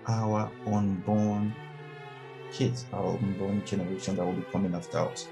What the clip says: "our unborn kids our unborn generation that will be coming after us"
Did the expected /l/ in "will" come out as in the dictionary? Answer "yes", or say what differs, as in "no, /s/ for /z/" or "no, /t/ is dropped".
yes